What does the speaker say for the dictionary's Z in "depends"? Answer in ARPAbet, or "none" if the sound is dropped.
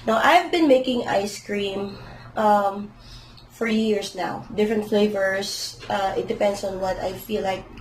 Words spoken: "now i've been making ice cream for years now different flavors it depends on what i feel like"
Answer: S